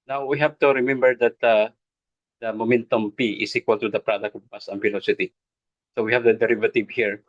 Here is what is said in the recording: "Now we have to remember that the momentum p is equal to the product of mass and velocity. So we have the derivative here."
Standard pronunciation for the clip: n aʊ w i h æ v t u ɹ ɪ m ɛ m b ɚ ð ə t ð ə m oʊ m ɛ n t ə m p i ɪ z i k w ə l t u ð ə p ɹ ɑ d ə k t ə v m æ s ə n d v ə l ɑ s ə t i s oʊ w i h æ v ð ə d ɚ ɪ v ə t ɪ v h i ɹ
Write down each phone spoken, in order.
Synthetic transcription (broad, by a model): n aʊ w i h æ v t u ɹ ɪ m ɛ m b ɚ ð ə t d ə m oʊ m ɛ n t ə m p i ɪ s i k w ə l t u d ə p ɹ ɑ d ə k t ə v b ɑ s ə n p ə n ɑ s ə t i s oʊ w i h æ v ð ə d ɚ ɪ v ə t ɪ v h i ɹ